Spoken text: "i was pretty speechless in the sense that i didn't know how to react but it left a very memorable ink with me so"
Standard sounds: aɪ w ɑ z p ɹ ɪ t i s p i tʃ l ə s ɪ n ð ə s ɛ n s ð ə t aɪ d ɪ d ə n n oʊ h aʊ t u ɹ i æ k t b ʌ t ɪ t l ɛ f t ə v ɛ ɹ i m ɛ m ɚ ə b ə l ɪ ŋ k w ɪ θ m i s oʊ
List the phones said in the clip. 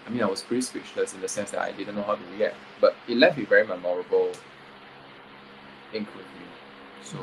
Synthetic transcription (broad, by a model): aɪ w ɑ s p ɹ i s p i tʃ l ə s ɪ n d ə s ɛ n s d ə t aɪ d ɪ d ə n n oʊ h aʊ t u w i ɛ t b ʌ t ɪ t l ɛ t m ə v ɛ ɹ i m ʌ m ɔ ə b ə l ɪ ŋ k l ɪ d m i s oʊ